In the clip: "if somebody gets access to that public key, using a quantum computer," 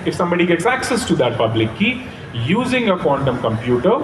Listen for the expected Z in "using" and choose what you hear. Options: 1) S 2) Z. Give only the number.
2